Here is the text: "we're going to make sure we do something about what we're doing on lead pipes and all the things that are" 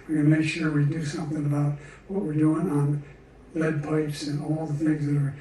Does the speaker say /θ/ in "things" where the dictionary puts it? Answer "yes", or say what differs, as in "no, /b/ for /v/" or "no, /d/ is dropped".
yes